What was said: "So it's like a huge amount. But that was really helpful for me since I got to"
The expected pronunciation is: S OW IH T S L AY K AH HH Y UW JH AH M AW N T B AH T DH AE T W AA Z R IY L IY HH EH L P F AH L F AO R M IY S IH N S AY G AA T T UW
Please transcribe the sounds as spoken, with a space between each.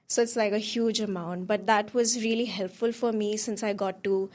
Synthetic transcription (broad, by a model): S OW IH T S L AY K AH HH Y UW JH AH M AW N T B AH T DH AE T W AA Z R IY L IY HH EH L P F AH L F AO R M IY S IH N S AY G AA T T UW